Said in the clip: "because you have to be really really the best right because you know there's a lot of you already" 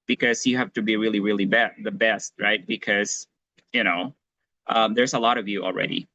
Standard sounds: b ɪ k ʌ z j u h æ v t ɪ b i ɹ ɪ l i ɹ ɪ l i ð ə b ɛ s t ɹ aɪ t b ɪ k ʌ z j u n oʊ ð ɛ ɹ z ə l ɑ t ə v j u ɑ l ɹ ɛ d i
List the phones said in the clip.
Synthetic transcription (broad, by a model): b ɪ k ʌ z j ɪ h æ f t ɪ b i ɹ ɪ l i ɹ ɪ l i ð ə b ɛ s t ɹ aɪ t b ɪ k ʌ z j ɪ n oʊ ð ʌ ɹ z ə l ɑ t ə v j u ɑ l ɹ ɛ d i